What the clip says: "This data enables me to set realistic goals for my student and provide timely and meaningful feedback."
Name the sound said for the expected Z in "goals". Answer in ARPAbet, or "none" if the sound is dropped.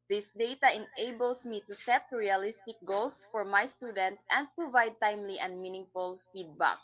S